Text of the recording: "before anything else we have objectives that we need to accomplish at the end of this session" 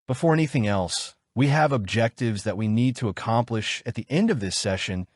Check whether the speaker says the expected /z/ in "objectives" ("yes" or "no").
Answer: yes